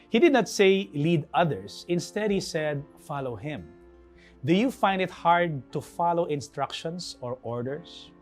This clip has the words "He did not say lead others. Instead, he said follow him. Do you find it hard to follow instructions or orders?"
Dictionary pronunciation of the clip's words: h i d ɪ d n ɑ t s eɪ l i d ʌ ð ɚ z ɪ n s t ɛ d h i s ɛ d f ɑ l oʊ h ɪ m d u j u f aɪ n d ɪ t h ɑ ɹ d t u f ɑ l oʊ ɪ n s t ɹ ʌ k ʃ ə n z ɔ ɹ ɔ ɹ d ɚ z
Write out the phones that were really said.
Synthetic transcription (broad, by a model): h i d ɪ d n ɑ t s eɪ l i d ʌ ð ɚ s ɪ n s t ɛ d h i s ɛ d f ɑ l oʊ h ɪ m d u j u f aɪ n d ɪ t h ɑ ɹ d t u f ɑ l oʊ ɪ n s t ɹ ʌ k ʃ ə n s ɔ ɹ ɔ ɹ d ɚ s